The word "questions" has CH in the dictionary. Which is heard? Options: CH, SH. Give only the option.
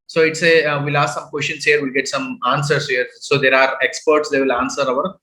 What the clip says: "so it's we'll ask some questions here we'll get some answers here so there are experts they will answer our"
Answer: SH